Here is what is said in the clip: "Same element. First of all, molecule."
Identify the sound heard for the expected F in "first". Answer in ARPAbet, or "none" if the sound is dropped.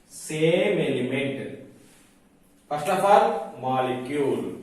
P